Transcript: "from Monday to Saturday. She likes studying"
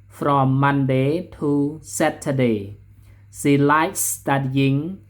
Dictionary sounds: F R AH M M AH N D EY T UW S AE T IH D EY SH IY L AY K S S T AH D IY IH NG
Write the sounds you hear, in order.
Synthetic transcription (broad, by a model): F R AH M M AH N D EY T UW S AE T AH D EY S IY L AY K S S T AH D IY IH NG